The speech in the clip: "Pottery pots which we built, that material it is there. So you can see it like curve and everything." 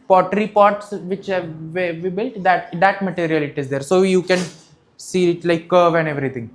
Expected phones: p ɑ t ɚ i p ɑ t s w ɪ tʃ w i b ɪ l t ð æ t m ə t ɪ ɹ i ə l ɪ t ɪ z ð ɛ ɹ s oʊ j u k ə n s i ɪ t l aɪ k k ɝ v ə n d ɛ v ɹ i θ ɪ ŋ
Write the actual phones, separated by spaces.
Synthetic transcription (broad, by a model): p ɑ t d i p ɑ t s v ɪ tʃ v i b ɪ l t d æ t m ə t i ɹ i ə l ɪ t ɪ z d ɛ ɹ s oʊ j u k ə n s i ɪ t l aɪ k k ɝ v ə n d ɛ v ɹ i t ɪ ŋ